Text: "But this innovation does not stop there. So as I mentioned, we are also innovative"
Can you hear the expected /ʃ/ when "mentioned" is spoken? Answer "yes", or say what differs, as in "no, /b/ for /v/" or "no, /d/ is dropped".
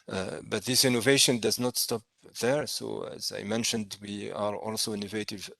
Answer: yes